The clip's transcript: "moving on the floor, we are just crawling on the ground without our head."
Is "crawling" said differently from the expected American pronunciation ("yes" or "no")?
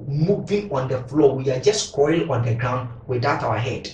yes